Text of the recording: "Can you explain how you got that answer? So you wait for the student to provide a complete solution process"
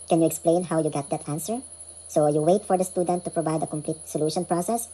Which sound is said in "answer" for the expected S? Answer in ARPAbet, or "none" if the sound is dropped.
S